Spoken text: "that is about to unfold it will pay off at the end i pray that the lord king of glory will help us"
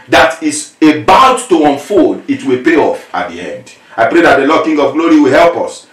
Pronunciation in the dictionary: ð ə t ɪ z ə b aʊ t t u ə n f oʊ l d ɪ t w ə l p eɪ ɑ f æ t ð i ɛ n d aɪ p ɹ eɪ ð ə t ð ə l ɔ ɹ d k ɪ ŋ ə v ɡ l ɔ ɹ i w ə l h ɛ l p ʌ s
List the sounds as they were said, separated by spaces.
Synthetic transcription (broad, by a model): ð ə t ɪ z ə b aʊ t t u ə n f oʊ d ɪ t w ə l p eɪ ɑ f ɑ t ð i ɛ n d aɪ p ɹ eɪ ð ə t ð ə l ɔ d k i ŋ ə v ɡ l ɔ ɹ i w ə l h ɛ l p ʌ s